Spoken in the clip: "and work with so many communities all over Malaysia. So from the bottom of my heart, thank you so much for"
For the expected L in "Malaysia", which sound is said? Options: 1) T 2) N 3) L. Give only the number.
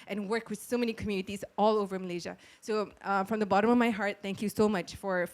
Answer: 3